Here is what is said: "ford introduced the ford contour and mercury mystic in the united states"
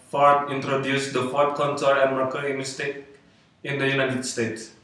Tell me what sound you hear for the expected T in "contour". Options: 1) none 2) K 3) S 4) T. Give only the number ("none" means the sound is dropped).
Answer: 3